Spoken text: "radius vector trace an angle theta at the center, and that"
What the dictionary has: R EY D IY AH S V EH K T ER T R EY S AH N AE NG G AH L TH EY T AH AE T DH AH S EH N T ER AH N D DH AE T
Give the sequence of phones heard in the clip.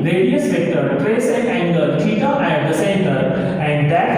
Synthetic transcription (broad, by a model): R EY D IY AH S P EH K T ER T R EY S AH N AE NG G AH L T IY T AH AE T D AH S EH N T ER AH N D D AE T